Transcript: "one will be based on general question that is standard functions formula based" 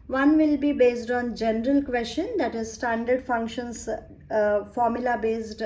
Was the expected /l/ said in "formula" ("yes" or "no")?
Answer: yes